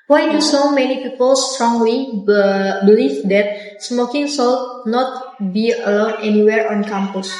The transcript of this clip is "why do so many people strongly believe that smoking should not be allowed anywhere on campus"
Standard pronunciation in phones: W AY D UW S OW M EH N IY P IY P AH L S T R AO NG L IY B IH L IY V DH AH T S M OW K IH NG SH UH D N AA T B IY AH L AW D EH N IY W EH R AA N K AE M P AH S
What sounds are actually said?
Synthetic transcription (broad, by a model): W AY D UW S OW M EH N IY P IY P AH L S T R AO NG L IY B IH L IY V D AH T S M OW K IH NG S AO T N AA T B IY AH L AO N EH N IY W EH R AA N K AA M P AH S